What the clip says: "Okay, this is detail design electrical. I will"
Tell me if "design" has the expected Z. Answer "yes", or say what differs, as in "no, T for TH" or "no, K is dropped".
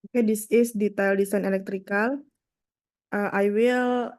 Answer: no, S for Z